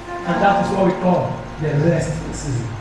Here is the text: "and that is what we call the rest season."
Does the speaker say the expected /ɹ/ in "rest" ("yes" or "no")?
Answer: no